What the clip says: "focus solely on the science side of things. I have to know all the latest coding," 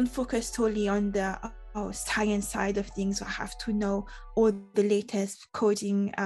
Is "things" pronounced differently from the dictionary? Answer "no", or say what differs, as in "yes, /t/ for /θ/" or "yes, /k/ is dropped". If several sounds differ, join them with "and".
no